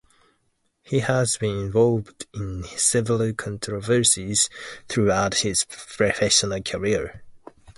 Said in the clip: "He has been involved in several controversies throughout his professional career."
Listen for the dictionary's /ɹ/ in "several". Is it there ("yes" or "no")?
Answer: no